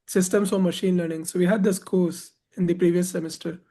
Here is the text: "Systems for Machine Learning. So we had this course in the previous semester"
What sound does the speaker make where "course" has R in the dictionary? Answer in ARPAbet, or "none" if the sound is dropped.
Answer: L